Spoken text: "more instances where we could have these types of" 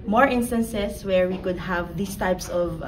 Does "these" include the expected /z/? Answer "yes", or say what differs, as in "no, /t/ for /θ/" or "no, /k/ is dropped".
no, /s/ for /z/